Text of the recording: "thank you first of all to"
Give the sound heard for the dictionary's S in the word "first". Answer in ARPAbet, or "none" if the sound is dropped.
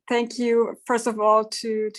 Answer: S